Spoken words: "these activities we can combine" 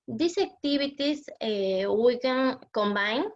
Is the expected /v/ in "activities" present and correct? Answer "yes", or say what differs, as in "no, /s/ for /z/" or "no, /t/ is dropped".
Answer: no, /b/ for /v/